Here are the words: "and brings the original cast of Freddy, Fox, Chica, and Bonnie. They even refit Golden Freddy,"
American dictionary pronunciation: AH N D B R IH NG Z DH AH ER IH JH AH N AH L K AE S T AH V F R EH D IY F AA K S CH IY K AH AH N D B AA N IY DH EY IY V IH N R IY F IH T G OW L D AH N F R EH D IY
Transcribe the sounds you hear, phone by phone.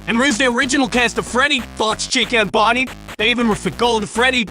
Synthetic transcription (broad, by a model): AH N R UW Z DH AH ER IH JH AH N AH L K AE S T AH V F R EH D IY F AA S CH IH K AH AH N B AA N IY DH EY IY V IH N W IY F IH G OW L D F R EH D IY